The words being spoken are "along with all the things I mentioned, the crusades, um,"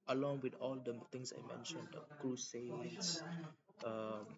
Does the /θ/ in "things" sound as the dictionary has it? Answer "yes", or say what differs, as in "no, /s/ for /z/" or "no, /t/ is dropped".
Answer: no, /t/ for /θ/